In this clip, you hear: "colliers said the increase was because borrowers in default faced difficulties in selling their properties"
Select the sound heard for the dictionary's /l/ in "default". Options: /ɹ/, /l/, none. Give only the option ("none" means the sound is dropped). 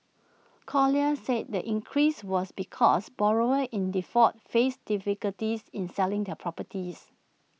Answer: none